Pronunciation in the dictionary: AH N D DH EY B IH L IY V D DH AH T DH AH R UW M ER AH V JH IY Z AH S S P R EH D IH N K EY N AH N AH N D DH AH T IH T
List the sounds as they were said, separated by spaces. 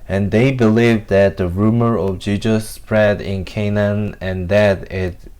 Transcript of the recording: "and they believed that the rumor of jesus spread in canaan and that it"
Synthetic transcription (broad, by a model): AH N DH EY B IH L IY V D DH AH T DH AH R UW M ER AH V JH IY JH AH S S P R EH D IH N K EY N AH N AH N DH AH T IH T